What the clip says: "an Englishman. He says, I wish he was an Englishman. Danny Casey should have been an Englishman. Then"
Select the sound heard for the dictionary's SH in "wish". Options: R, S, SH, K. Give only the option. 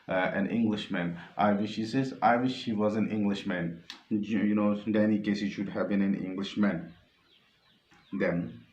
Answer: SH